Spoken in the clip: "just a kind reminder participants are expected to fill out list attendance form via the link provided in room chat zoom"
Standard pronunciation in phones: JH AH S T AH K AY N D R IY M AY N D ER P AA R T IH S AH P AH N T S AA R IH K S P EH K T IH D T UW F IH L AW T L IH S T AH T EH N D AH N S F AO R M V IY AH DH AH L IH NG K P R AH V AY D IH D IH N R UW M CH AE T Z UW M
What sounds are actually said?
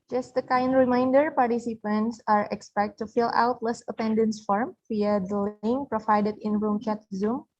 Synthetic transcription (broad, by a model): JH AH S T AH K AY N D R IY M AY N D ER P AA R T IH S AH P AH N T S AA R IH K S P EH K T T UW F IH L AW T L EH S AH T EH N D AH N S F AO R M F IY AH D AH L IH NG P R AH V AY D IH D IH N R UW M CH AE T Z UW M